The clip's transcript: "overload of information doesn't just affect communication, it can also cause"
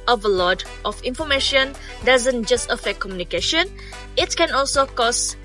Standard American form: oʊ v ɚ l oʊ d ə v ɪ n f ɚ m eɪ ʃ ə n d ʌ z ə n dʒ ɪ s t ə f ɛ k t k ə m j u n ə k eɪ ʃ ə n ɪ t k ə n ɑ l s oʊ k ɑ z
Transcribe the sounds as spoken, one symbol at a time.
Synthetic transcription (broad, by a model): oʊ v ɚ l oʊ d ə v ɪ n f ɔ m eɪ ʃ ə n d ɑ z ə n dʒ ɪ s t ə f ɛ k k ə m j u n ə k eɪ ʃ ə n ɪ t k ə n ɑ l s oʊ k ɑ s